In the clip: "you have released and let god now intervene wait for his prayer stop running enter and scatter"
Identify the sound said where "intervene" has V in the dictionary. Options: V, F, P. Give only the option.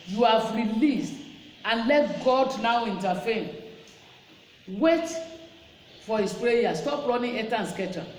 F